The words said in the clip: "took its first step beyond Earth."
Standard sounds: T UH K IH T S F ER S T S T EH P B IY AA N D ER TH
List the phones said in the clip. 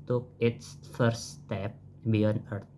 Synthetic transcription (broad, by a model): T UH K IH T S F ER T S T EH P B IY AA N ER